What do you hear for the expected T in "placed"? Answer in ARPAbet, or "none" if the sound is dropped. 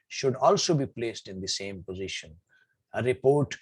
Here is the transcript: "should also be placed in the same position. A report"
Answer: T